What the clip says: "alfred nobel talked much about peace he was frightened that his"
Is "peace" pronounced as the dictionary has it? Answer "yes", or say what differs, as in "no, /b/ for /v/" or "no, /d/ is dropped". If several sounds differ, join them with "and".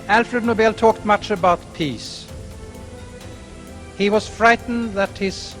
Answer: yes